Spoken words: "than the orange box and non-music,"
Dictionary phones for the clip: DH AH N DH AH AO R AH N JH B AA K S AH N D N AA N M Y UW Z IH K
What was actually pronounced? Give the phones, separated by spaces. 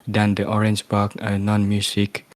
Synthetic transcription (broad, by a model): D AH N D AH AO R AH N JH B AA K AH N N AA N M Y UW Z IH K